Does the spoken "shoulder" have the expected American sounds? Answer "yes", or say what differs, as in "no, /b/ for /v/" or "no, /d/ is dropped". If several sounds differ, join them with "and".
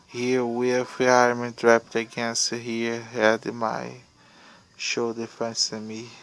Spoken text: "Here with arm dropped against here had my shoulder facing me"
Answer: no, /l/ is dropped